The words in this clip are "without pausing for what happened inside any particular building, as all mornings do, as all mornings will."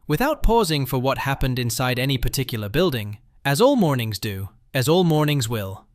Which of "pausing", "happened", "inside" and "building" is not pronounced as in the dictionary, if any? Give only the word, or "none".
none